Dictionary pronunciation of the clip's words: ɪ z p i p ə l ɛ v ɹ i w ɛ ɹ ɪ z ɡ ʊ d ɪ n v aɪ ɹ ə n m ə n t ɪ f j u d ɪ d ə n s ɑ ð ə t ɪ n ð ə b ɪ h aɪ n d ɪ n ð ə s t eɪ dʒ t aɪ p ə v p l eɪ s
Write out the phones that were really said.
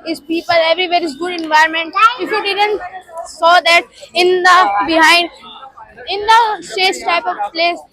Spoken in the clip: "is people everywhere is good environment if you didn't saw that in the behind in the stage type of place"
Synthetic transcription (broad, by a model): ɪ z p i p ə l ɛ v ɹ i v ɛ ɹ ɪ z ɡ ʊ d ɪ n v aɪ ə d m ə n t ɪ f j u d ɪ d ə n s ɑ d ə t ɪ n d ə b ɪ h aɪ n d ɪ n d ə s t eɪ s t aɪ p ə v p l eɪ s